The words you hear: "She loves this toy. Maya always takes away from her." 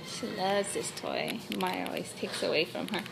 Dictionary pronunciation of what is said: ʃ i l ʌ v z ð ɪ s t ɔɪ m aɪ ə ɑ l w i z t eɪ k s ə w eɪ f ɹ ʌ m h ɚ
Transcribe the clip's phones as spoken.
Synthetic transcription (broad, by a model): ʃ i l ʌ v z ð ɪ s t ɔɪ m aɪ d ɑ l w i z t eɪ k s ə w eɪ f ɹ ʌ m ɚ